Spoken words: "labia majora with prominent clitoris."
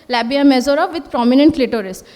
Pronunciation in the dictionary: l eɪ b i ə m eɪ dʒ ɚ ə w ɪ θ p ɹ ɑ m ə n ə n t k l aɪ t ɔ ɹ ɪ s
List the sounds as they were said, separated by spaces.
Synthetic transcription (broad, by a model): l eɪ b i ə m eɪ z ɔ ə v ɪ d p ɹ ɑ m ə n ə n t l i t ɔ ɹ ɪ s